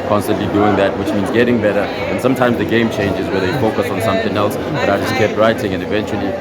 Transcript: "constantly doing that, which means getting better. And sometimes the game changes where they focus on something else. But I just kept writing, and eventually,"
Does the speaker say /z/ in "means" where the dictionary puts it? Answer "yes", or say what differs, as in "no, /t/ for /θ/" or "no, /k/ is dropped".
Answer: yes